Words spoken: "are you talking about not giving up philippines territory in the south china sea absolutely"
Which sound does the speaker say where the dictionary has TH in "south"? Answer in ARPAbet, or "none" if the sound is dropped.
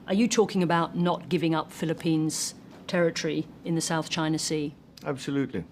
TH